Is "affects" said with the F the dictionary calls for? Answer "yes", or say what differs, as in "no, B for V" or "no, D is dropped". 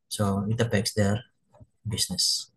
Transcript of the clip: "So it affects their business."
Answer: no, P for F